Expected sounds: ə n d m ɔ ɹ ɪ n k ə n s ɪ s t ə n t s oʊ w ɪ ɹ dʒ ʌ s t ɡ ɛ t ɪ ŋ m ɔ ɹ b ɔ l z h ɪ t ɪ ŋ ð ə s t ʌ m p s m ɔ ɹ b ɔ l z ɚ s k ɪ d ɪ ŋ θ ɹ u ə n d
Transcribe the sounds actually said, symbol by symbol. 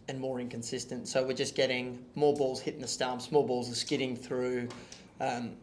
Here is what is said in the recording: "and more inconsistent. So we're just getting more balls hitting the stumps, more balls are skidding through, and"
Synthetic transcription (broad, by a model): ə n m ɔ ɹ ɪ n k ə n s ɪ s t ə n t s oʊ w ɪ ɹ dʒ ʌ s ɡ ɛ t ɪ ŋ m ɔ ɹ b ɔ l z h ɪ t ɪ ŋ ð ə s t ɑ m s m ɔ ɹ b ɔ l z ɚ s k ɪ d ɪ ŋ θ ɹ u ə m